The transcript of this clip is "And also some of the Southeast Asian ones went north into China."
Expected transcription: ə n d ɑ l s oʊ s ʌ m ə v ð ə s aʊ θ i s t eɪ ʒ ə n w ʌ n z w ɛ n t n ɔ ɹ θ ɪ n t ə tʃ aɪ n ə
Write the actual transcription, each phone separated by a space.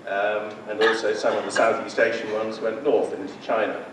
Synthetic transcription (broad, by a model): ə n ɑ l s oʊ s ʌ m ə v ð ə s aʊ θ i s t eɪ ʃ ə n w ʌ n z w ɛ n t n ɔ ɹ θ ɪ n t ə tʃ aɪ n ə